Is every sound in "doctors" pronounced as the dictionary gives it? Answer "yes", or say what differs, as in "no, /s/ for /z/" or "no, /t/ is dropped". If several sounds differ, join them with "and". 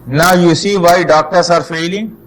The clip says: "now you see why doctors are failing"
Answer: no, /s/ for /z/